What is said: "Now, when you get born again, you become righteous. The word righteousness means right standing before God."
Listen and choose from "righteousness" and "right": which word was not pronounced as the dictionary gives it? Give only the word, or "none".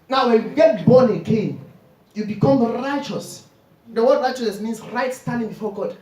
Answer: righteousness